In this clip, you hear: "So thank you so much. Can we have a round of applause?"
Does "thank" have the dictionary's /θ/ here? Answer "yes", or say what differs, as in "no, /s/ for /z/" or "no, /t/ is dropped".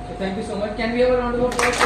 no, /t/ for /θ/